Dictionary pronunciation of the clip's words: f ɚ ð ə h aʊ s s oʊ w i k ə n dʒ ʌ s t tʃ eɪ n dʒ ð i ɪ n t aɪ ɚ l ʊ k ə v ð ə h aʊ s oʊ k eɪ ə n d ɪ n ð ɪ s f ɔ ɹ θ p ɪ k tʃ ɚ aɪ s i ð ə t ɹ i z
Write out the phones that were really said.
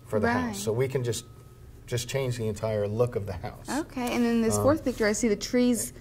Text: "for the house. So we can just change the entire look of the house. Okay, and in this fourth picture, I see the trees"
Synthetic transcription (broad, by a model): f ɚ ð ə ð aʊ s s oʊ w i k ə n dʒ ʌ s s tʃ eɪ n dʒ ð i ɪ n t aɪ ɚ l ʊ k ə v ð ə h aʊ s oʊ k eɪ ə n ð ɪ n ð ɪ s f ɔ ɹ θ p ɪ k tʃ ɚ aɪ s i ð ə t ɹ i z